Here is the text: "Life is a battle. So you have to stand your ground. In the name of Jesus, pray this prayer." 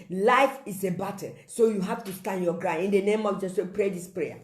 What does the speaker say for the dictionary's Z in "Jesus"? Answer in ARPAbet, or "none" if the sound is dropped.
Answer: S